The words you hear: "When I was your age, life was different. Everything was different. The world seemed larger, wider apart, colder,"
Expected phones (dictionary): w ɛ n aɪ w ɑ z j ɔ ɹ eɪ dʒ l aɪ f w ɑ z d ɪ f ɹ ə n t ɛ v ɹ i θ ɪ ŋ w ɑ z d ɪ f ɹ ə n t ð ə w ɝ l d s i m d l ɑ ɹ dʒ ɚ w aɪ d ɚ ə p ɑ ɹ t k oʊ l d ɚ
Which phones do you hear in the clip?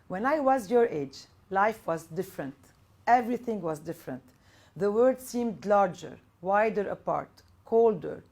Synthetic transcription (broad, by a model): w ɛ n aɪ w ɑ z j ɔ ɹ eɪ dʒ l aɪ f w ɑ z d ɪ f ɹ ə n t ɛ v ɹ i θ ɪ ŋ w ɑ z d ɪ f ɹ ə n t ð ə w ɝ d s i m d l ɑ ɹ dʒ ɚ w aɪ d ɚ ə p ɑ ɹ t k oʊ l d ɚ